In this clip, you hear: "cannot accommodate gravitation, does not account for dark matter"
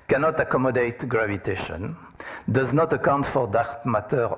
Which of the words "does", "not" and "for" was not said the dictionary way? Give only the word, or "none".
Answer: none